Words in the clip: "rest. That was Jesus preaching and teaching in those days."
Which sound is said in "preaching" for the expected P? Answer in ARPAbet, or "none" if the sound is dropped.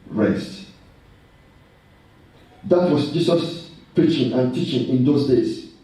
P